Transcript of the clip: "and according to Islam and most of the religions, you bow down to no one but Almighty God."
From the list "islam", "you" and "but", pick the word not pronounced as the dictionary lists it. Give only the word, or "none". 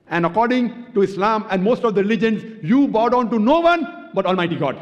none